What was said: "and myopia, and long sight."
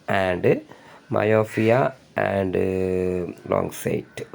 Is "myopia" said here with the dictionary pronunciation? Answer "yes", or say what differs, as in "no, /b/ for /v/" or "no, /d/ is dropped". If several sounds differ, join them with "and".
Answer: no, /f/ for /p/